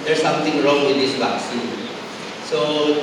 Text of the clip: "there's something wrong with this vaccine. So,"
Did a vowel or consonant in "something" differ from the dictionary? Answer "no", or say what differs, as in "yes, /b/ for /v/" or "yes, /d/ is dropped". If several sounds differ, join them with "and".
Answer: yes, /t/ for /θ/